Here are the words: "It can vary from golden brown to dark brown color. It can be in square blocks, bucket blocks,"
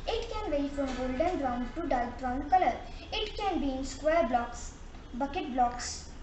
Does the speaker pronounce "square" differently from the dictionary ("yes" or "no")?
no